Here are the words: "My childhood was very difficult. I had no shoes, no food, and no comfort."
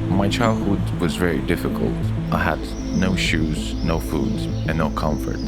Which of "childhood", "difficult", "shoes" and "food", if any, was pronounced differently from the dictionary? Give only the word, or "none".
none